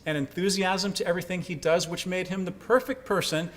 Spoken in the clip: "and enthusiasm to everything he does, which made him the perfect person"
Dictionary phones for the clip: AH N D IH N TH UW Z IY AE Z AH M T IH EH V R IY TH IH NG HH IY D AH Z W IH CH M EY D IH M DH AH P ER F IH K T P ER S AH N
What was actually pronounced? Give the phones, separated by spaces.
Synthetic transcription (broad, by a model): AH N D IH N TH UW Z IY AE Z AH M T IH EH V R IY TH IH NG IY D AH Z W IH CH M EY D IH M DH AH P ER F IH K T P ER S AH N